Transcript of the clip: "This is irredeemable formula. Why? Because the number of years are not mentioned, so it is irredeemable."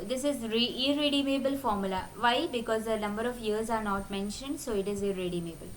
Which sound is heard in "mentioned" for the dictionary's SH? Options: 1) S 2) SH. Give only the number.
2